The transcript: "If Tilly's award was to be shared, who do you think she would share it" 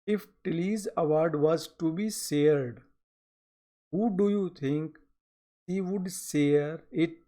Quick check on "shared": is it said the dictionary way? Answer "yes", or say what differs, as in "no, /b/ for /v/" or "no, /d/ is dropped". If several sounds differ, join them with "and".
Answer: no, /s/ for /ʃ/